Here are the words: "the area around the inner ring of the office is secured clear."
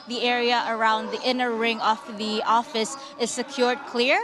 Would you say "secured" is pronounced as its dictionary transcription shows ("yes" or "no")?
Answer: yes